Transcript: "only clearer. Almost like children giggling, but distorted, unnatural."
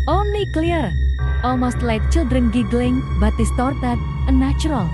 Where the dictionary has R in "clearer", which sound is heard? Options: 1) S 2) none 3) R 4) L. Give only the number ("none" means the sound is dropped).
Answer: 2